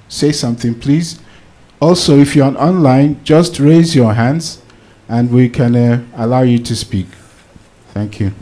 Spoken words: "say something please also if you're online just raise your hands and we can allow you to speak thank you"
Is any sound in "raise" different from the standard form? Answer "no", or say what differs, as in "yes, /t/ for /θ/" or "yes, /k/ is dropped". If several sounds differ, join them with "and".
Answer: no